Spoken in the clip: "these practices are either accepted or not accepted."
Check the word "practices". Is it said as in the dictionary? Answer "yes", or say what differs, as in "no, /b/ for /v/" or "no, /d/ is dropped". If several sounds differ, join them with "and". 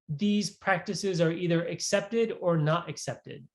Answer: yes